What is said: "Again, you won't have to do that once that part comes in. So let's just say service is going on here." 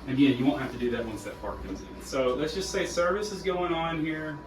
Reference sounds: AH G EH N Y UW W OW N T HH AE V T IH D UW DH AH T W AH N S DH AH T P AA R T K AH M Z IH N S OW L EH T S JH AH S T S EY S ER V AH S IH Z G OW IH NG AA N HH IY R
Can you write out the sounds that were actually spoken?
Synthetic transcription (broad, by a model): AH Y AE Y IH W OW N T HH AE F T IH D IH DH AH T W AH N S DH AH T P AA R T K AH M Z IH N S OW L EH T S JH AH S T S EY S ER V AH S IH Z G OW IH NG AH N HH IY R